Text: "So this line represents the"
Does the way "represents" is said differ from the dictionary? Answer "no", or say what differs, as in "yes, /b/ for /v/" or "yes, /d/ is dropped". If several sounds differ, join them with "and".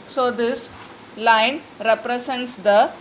yes, /s/ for /z/